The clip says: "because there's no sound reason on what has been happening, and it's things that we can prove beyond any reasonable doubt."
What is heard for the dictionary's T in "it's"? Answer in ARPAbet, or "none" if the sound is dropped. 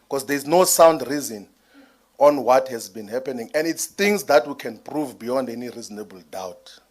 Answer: T